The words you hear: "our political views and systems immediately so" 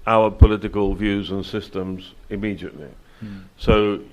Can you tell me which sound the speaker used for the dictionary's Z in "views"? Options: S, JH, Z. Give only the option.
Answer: Z